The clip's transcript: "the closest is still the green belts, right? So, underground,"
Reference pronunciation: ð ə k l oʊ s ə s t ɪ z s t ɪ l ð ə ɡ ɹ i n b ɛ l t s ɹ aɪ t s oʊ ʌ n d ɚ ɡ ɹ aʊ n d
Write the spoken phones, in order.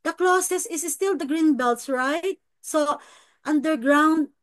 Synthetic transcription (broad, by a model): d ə k l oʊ s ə s ɪ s s t ɪ l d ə ɡ ɹ i n b ɛ l t s ɹ aɪ t s oʊ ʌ n d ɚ ɡ ɹ aʊ n d